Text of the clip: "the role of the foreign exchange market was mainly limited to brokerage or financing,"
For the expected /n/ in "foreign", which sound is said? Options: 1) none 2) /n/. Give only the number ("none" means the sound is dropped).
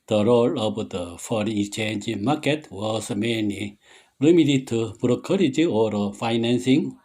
1